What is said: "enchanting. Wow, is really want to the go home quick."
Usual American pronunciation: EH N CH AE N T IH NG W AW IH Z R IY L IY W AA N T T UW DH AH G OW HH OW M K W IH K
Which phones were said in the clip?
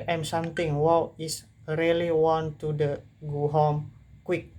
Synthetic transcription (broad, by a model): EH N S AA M T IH NG W AW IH S R IY L IY W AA N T T UW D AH G OW HH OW M K W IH K